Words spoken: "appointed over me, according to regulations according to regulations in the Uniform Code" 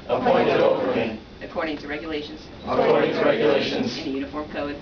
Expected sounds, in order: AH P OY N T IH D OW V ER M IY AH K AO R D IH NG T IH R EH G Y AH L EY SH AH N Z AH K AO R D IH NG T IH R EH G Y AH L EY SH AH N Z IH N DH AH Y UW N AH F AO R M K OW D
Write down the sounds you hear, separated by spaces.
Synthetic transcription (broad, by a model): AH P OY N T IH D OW P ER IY AH K AO R D IH NG T IH R EH G Y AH L EY SH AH N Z AH K AO R D IH NG T IH R EH G Y AH L EY SH AH N Z IH N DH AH Y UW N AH F AO R M K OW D